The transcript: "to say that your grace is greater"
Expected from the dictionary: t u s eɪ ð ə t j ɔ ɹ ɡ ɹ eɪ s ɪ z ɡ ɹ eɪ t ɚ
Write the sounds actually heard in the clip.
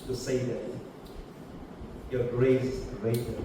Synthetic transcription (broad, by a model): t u s eɪ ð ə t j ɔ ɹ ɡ ɹ eɪ ɪ s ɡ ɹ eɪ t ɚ